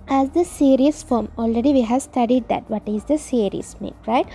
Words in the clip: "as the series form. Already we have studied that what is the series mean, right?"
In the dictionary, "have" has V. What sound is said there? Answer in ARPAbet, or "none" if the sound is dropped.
V